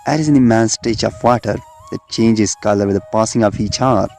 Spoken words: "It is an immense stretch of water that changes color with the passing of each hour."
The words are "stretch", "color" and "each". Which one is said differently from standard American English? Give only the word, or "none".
stretch